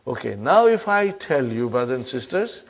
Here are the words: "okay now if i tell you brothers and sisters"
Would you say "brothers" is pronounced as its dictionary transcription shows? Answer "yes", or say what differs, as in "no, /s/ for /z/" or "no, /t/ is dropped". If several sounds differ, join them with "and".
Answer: no, /z/ is dropped